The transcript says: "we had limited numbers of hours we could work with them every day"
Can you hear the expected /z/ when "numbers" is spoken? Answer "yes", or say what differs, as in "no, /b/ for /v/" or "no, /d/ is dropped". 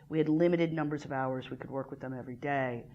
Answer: yes